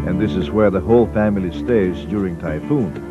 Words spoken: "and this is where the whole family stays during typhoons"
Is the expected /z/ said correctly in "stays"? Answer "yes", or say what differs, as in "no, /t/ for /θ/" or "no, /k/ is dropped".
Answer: yes